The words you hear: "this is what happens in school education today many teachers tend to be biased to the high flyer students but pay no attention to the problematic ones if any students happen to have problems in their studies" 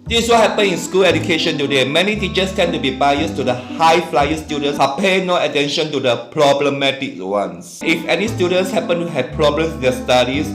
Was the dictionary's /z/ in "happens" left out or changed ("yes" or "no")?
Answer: yes